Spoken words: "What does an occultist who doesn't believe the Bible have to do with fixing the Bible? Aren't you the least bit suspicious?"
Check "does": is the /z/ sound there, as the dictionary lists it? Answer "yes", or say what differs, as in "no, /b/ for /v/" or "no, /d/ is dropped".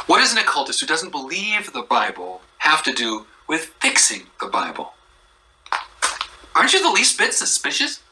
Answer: yes